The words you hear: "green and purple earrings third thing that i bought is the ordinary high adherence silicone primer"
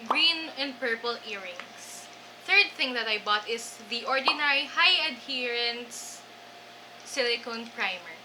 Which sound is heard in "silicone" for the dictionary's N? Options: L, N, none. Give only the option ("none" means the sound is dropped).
N